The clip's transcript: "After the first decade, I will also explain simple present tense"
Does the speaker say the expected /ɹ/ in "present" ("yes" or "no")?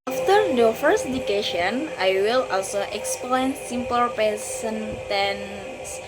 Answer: no